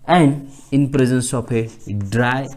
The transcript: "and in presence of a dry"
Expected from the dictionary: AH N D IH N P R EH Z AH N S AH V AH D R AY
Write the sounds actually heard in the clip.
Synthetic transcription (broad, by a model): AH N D IH N P R EH Z AH N S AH P AH D R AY